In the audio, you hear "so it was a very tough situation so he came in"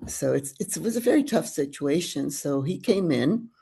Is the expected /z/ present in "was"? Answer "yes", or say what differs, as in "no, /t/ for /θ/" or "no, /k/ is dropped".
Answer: yes